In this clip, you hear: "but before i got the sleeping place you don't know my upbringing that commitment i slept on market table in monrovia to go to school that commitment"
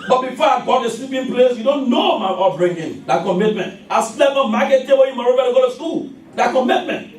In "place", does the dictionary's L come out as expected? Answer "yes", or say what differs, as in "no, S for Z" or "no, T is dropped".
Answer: yes